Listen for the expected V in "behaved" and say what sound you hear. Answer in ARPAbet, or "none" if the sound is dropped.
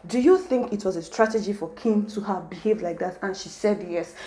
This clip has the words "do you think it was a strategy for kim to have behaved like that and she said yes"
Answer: V